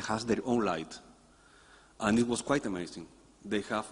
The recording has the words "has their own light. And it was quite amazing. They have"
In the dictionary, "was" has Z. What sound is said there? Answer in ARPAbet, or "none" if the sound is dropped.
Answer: S